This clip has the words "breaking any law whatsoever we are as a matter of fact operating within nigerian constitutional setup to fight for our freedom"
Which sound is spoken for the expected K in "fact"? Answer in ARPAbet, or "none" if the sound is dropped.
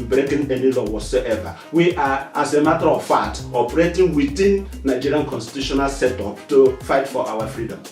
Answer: none